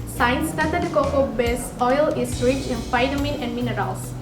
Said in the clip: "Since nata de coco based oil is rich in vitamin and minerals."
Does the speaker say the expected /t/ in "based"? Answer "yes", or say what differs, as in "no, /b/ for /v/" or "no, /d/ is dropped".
no, /t/ is dropped